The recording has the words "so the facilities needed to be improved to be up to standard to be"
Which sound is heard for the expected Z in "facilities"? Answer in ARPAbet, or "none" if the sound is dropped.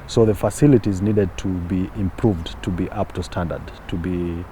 Z